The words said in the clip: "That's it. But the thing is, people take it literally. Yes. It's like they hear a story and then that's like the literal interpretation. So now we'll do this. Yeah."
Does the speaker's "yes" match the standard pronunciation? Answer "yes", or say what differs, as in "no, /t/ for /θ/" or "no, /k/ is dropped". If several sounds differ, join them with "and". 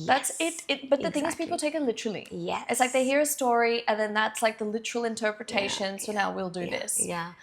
no, /s/ is dropped